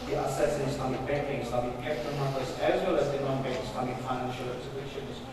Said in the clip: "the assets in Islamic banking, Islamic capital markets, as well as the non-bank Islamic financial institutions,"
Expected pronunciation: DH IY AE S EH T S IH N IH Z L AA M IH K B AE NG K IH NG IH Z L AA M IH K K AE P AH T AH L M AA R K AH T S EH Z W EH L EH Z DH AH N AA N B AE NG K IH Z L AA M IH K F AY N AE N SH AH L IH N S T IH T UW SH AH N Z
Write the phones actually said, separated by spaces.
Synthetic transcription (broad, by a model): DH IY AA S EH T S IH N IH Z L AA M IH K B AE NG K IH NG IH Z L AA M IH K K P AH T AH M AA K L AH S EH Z W EH L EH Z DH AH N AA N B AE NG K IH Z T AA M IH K F AY N AE N SH AH L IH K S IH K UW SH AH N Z